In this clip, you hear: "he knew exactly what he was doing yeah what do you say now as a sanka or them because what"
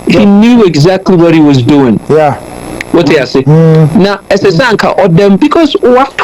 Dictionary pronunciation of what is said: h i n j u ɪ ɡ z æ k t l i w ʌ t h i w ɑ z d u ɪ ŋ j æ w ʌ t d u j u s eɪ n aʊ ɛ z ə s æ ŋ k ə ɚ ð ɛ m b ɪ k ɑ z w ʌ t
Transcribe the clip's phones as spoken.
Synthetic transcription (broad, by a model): h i n j u ɪ ɡ z æ k t l i w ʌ t h i w ɑ z d u ɪ ŋ j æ w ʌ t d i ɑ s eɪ n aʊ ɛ s ə s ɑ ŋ k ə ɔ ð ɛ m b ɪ k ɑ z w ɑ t